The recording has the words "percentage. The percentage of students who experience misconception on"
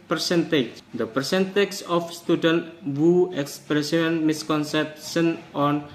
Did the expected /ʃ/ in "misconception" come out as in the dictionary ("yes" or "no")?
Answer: no